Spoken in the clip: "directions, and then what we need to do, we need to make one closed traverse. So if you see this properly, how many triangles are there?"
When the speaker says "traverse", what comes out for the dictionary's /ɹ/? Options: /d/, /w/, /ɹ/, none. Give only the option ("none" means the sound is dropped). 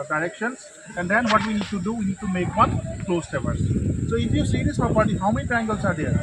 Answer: none